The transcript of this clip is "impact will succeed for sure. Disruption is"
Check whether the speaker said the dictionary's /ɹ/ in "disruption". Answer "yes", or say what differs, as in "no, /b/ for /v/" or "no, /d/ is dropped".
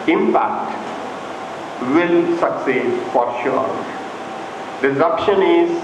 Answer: no, /ɹ/ is dropped